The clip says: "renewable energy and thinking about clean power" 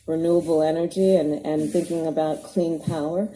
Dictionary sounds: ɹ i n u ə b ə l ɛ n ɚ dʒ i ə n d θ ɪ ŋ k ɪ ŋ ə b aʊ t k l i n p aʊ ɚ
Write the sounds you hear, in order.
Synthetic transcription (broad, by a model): ɹ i n u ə b l ɛ n ɚ dʒ i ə n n θ ɪ ŋ k ɪ ŋ ə b aʊ t k l i n p aʊ ɚ